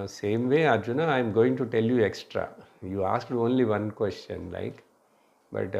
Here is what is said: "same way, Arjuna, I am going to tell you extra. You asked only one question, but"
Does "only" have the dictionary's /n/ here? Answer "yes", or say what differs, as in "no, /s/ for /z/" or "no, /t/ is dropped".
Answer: yes